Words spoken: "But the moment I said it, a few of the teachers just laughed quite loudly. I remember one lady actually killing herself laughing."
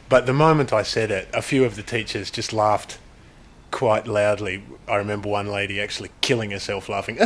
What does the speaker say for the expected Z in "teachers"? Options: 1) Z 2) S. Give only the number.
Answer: 1